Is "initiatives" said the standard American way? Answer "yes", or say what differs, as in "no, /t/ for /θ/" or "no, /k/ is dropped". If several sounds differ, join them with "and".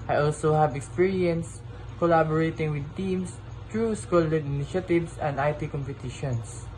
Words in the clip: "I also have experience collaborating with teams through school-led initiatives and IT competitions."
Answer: no, /s/ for /z/